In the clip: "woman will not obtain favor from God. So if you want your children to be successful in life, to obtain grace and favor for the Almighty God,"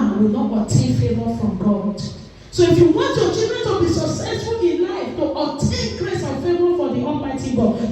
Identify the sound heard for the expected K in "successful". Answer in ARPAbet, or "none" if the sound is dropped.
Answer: none